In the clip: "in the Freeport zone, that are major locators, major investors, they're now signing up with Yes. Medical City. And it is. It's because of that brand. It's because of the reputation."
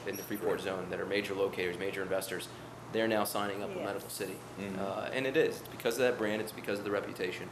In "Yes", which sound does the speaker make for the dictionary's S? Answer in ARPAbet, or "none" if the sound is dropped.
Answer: none